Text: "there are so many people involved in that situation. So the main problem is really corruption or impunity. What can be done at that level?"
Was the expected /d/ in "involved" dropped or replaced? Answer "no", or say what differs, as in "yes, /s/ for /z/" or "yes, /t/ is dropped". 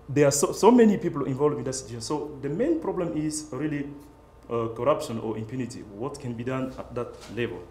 yes, /d/ is dropped